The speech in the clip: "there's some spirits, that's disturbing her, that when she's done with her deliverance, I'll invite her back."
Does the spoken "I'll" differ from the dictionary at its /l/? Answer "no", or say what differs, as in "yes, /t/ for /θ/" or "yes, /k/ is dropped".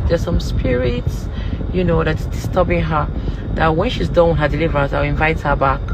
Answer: yes, /w/ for /l/